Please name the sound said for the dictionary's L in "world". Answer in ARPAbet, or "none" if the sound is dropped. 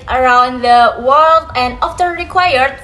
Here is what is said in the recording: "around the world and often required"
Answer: L